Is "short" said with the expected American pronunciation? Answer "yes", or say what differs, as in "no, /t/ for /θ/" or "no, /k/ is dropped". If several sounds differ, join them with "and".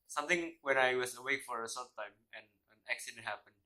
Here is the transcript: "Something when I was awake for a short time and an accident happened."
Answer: no, /s/ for /ʃ/